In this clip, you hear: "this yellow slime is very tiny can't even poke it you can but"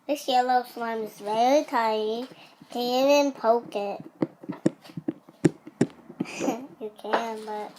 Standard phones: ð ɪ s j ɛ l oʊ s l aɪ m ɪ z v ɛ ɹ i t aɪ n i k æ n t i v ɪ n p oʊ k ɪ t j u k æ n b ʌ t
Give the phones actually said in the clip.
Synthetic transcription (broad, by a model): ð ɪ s j ɛ l oʊ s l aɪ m ɪ z v ɛ ɹ i t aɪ i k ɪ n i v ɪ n p oʊ k ɪ t j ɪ k æ n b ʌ t